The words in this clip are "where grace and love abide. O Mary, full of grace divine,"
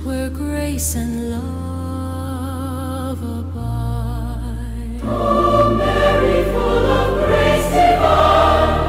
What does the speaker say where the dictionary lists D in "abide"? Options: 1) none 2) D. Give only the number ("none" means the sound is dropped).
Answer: 1